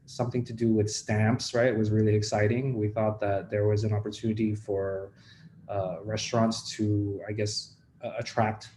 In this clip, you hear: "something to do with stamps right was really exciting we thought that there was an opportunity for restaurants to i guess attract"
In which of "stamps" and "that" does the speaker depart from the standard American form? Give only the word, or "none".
none